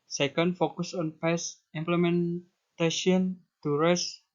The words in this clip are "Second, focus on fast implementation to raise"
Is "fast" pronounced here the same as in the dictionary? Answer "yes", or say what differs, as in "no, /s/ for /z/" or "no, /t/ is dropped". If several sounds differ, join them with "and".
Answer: no, /p/ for /f/ and /t/ is dropped